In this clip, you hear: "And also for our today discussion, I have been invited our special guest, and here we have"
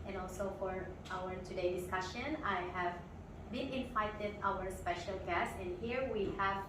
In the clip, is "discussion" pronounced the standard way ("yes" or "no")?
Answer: yes